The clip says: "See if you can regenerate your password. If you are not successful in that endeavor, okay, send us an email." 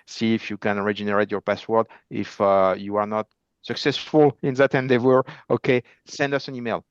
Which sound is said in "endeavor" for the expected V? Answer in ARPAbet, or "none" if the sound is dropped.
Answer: W